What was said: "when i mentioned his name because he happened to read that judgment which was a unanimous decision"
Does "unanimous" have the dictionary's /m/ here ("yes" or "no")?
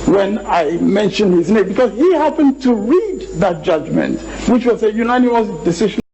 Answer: no